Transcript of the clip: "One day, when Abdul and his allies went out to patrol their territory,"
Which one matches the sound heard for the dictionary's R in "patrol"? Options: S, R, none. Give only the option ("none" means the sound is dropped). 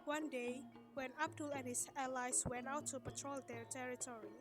R